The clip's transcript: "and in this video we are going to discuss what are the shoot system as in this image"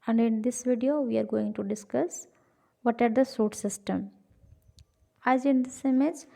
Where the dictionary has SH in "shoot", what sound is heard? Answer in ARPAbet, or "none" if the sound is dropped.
S